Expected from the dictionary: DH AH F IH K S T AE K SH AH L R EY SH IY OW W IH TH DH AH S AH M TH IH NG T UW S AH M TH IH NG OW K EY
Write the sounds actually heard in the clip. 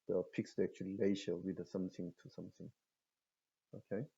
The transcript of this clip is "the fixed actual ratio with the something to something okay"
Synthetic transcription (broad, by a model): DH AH P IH K S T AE K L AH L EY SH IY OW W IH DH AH S AH M TH IH NG T UW S AH M TH IH NG OW K EY